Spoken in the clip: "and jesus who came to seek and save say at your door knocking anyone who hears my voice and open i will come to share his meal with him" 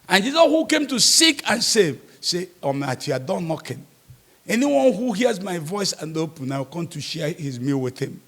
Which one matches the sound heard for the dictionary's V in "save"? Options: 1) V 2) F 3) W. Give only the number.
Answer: 1